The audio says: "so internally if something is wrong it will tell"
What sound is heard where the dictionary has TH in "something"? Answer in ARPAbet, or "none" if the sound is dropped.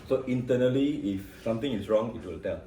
T